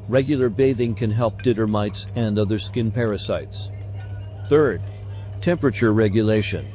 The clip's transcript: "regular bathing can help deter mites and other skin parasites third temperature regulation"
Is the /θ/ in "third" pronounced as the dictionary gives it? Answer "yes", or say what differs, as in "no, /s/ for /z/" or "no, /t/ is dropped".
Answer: yes